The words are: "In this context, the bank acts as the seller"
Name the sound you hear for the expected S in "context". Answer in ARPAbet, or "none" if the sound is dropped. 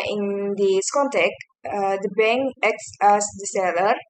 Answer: none